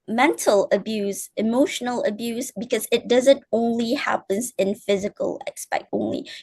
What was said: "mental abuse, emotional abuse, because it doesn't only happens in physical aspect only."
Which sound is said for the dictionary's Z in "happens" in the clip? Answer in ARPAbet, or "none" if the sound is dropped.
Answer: Z